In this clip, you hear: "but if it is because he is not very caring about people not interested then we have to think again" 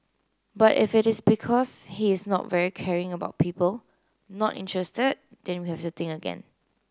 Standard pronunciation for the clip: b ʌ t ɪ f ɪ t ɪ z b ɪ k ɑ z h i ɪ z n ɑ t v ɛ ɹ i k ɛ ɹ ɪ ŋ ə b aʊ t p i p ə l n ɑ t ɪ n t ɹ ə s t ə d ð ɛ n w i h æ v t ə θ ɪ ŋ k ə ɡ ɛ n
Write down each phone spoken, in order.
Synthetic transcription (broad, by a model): b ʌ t ɪ f ɪ t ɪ s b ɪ k ɑ s h i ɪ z n ɑ t v ɛ ɹ i k ɛ ɹ ɪ ŋ ə b aʊ t p i p ə l n ɑ t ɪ n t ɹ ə s t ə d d ɛ n w i h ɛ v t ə t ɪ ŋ ə ɡ ɛ n